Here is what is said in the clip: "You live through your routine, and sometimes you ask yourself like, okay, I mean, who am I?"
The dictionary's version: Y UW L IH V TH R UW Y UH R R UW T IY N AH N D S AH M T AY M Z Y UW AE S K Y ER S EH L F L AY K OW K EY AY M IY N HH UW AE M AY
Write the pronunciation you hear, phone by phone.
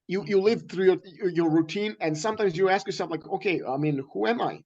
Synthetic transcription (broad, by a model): Y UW L IH V TH R UW Y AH R R UW T IY N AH N S AH M T AY M Z Y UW AE S K Y ER S EH L F L AY K OW K EY AY M IY N HH UW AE M AY